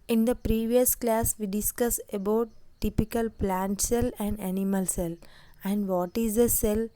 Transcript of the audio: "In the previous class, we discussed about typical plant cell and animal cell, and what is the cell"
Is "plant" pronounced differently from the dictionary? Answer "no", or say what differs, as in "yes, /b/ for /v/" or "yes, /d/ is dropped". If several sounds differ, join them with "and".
no